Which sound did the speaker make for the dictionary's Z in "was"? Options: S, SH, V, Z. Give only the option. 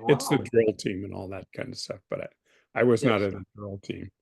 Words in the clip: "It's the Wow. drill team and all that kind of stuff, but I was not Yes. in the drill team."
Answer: Z